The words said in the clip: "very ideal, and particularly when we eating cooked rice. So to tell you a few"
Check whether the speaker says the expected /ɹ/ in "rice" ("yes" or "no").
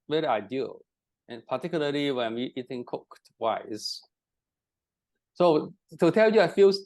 no